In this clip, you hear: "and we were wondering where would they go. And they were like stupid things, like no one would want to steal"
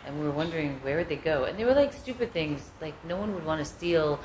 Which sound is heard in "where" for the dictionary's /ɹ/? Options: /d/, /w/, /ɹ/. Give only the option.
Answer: /ɹ/